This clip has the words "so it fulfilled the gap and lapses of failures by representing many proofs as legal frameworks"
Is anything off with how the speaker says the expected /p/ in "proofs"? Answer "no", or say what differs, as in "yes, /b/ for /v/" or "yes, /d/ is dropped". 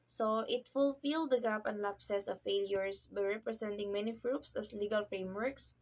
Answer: yes, /f/ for /p/